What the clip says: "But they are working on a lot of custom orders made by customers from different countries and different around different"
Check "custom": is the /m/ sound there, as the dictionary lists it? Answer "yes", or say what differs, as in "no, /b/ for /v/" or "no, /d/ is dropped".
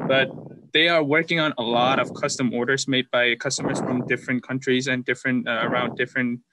yes